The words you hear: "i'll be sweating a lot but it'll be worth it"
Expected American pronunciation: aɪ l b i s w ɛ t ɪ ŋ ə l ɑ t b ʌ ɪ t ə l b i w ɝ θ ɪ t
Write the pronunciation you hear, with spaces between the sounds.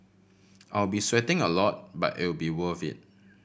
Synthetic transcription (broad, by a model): aɪ l b i s w ɛ t ɪ ŋ ə l ɑ t b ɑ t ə w b i w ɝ f ɪ t